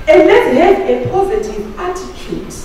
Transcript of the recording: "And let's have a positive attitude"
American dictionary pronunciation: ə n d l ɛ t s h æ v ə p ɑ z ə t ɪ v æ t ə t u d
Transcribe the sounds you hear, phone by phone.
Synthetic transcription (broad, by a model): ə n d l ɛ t h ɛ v ə p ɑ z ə t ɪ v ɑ t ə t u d